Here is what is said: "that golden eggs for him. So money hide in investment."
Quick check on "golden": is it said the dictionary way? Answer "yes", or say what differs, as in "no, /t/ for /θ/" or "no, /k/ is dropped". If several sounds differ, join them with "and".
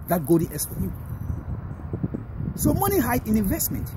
no, /l/ is dropped